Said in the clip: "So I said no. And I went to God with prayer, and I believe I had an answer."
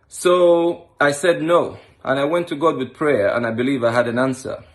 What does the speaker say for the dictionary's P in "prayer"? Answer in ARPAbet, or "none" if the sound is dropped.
P